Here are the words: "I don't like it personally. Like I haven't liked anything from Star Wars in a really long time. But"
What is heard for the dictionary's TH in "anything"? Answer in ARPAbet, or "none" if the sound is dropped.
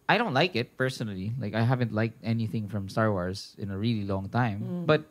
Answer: TH